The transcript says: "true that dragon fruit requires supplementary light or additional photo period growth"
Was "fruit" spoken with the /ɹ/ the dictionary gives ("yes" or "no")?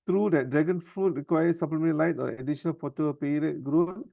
no